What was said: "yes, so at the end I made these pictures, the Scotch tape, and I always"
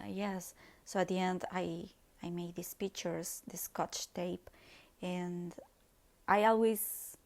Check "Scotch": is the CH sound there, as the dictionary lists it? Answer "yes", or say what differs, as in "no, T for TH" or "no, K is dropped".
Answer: yes